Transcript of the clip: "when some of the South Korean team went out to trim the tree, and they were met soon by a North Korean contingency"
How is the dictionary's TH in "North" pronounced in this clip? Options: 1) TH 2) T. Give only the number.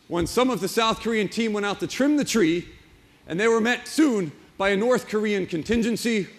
1